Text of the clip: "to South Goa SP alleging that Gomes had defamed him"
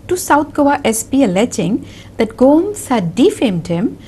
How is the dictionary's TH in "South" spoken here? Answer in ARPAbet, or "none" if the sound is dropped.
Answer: T